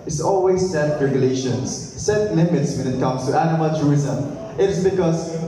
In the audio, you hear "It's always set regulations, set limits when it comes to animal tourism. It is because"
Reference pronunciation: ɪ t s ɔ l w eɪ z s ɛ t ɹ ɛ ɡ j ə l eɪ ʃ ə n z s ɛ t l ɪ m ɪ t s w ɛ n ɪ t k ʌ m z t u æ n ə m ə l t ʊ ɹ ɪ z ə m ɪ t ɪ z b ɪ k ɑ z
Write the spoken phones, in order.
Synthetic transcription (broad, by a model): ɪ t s ɔ l w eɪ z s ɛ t ɹ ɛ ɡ j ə l eɪ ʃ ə n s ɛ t l ɪ m ɪ t s w ɛ n ɪ t k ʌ m s t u æ n ə m ə l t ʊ ɹ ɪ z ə m ɪ t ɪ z b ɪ k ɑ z